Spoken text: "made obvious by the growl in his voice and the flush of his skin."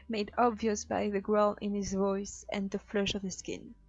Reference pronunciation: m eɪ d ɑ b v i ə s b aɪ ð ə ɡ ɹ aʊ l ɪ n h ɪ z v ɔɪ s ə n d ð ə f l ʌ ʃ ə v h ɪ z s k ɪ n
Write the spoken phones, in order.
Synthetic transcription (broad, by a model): m eɪ d ɑ b v i ə s b aɪ ð ə ɡ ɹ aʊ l ɪ n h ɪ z v ɔɪ s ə n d ð ə f l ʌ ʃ ə v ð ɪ s k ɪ n